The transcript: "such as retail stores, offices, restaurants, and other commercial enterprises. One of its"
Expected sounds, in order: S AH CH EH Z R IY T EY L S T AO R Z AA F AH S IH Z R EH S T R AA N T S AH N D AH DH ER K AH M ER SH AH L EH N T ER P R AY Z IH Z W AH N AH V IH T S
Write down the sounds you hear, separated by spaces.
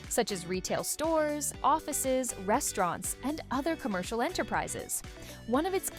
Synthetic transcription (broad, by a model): S AH CH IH Z R IY T EY L S T AO R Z AA F AH S IH Z R EH S T R AA N T S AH N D AH DH ER K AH M ER SH L EH N T ER P R AY Z IH Z W AH N AH V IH T S